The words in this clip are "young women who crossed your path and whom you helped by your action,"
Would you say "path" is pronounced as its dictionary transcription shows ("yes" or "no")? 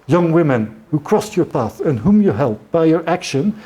yes